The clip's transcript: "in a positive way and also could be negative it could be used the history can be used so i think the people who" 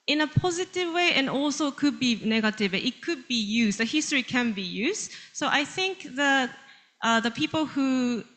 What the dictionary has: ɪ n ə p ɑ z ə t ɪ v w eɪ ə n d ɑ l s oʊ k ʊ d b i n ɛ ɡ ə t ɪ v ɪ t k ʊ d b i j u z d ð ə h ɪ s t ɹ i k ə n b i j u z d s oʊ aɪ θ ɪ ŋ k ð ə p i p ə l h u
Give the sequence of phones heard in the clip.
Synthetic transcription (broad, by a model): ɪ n ə p ɑ z ə t ɪ v w eɪ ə n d ɑ l s oʊ k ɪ d b i n ɛ ɡ ə t ɪ v ɪ t k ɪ d b i j u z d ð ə h ɪ s t ɹ i k ə n b i j u z d s oʊ aɪ θ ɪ ŋ k ð ə p i p ə l h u